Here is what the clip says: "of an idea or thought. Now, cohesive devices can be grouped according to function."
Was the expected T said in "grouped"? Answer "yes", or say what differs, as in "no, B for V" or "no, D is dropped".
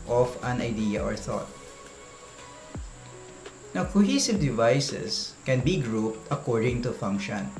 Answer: yes